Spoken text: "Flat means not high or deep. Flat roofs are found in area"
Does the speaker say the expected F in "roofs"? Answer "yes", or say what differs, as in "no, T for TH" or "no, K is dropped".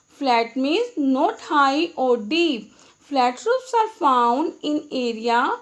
no, P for F